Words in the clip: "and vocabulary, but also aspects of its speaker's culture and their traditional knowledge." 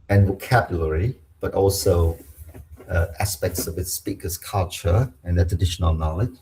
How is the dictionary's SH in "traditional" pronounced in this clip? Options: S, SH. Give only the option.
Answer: SH